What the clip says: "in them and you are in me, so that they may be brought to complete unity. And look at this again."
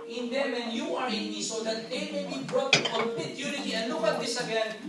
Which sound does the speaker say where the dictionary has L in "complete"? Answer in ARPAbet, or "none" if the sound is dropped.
none